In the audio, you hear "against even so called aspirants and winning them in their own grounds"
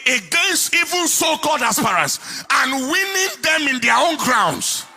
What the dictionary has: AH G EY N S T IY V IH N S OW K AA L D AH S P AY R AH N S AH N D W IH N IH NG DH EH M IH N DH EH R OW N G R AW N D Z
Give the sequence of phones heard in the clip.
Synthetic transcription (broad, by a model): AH G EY N S T IY V IH N S OW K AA D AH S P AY R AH S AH N W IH N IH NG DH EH M IH N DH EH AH OW N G R AW N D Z